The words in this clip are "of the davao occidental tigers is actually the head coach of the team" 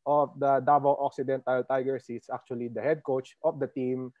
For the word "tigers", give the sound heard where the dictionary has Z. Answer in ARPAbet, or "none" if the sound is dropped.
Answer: S